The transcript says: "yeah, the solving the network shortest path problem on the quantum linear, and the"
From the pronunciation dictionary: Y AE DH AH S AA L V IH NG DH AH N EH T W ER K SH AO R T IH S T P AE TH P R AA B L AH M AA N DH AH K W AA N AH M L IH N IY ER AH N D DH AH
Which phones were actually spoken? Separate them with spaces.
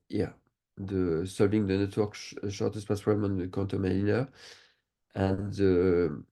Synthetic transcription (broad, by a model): Y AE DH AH S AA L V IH NG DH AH N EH T W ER K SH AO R T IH S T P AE S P AA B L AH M AA N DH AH K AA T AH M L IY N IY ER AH N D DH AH